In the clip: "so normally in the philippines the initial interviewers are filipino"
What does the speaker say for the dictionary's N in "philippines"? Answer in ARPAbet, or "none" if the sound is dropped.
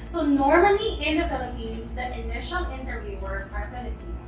N